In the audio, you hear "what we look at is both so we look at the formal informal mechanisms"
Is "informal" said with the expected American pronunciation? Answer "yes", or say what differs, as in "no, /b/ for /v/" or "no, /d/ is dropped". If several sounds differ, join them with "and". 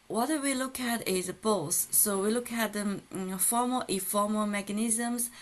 no, /n/ is dropped